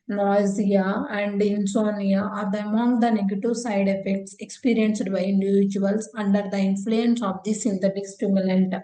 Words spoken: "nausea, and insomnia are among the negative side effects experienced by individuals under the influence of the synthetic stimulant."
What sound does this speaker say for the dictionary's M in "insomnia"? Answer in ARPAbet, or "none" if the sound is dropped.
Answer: none